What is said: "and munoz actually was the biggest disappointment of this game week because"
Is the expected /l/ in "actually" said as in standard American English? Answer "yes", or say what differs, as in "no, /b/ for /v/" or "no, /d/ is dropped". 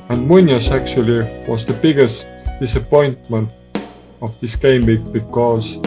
yes